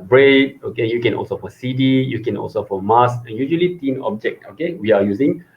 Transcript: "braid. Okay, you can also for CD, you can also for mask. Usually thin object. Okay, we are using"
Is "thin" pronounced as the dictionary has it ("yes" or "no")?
no